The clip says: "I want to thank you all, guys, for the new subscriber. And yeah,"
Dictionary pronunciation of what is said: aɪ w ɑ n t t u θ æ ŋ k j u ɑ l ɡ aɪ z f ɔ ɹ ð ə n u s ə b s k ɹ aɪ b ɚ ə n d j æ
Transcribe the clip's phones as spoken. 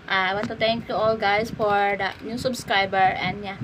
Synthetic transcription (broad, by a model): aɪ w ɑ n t t u t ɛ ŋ k j u ɑ l ɡ aɪ s f ɔ ɹ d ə n u s ə b s k ɹ aɪ b ɚ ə n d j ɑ